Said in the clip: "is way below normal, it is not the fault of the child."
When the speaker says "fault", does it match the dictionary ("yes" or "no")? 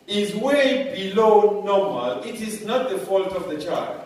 yes